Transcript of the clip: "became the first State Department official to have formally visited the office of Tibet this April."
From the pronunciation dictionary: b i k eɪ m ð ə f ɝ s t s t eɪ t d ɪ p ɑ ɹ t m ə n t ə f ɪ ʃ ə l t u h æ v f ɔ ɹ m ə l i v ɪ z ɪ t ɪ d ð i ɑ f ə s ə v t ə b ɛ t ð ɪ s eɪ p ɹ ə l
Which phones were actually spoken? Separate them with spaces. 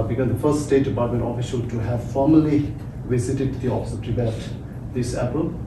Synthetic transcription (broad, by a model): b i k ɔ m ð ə f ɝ s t s t eɪ t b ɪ ɪ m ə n ə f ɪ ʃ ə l t u h æ v f ɔ ɹ m ə l i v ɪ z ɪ t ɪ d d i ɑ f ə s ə p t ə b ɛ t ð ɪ s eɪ p ɹ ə l